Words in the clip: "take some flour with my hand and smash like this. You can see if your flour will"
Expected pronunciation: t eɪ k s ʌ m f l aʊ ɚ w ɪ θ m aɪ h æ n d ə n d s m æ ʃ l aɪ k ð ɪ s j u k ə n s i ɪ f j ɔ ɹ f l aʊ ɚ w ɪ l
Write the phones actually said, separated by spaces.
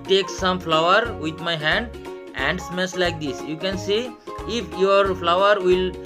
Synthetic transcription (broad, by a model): t eɪ k s ʌ m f l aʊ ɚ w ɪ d m aɪ h æ n d ə n d s m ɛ s l aɪ k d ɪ s j u k ə n s i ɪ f j ɔ ɹ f l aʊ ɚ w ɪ l